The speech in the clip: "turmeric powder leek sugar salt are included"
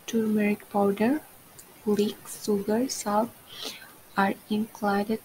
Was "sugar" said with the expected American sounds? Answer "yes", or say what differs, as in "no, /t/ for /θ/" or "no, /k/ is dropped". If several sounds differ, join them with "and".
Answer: no, /s/ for /ʃ/